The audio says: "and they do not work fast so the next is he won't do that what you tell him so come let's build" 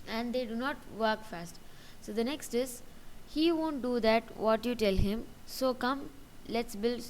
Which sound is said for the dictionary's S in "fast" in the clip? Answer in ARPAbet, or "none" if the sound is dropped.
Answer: S